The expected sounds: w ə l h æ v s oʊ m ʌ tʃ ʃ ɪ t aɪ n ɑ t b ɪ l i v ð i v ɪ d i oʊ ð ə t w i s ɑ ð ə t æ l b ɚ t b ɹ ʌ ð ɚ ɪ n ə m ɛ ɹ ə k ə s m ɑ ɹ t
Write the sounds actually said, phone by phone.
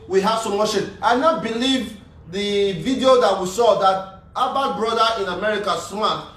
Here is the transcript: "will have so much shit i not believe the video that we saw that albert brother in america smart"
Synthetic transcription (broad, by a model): w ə h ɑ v s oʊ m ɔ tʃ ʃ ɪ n aɪ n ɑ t b ɪ l i v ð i v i d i oʊ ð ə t w i s ɑ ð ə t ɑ b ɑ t b ɹ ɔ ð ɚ ɪ n ə m ɛ ɹ ə k ə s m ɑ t